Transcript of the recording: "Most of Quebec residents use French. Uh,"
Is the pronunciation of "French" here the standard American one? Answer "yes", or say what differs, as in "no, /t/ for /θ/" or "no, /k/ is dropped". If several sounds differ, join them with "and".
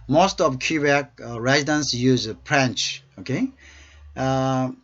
no, /p/ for /f/